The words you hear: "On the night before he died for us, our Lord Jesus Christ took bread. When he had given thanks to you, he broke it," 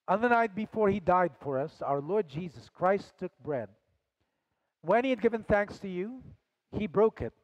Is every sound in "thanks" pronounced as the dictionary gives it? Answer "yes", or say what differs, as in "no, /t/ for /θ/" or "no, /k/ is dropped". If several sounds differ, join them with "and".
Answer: yes